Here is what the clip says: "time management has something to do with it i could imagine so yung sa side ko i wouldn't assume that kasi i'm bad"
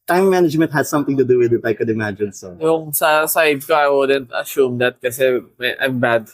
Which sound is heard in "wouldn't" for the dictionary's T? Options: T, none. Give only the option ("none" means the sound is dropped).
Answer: T